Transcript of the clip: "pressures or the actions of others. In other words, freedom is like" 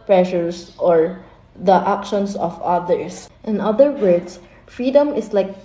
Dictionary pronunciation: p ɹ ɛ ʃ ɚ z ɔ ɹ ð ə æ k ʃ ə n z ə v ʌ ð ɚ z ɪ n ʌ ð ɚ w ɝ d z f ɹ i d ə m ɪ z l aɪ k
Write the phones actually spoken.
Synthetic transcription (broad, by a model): p ɹ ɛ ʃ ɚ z ɔ ɹ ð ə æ k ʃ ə n s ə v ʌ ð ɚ s ɪ n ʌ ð ɚ w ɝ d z f ɹ i d ə m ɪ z l aɪ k